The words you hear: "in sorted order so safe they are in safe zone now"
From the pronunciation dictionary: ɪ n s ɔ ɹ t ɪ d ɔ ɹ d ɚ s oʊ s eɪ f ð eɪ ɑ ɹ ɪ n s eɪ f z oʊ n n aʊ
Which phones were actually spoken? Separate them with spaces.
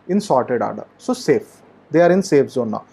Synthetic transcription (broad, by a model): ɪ n s ɔ ɹ t ɪ d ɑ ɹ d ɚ s oʊ s eɪ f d eɪ ɑ ɹ ɪ n s eɪ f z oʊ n n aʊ